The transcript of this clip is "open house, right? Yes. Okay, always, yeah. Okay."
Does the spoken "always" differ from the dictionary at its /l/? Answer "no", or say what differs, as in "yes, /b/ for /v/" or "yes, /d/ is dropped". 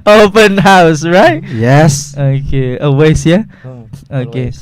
yes, /l/ is dropped